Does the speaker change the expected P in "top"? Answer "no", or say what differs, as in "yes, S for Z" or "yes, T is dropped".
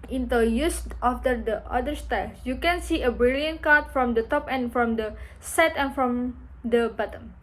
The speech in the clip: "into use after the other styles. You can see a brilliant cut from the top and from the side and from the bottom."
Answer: no